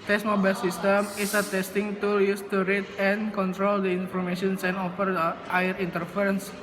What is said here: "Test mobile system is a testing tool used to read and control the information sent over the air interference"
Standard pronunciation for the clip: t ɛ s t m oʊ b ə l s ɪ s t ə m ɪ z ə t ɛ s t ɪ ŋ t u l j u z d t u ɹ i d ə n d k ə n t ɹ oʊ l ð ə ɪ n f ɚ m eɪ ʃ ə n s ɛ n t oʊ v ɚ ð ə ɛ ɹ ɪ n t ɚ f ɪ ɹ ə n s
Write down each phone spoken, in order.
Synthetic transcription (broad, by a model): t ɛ s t m oʊ b ə l s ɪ s t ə m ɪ s ə t ɛ s t ɪ ŋ t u j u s t u ɹ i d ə n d k ə n t ɹ oʊ l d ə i n f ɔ m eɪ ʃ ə n s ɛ n oʊ f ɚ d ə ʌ ɹ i n t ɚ f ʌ ɹ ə n s